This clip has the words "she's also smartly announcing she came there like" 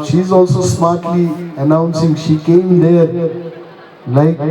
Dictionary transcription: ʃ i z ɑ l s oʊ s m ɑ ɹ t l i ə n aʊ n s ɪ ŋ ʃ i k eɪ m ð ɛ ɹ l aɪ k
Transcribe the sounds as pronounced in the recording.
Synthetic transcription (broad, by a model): ʃ i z ɑ l s oʊ s m ɑ t l i ə n aʊ n s ɪ ŋ ʃ i k eɪ m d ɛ l aɪ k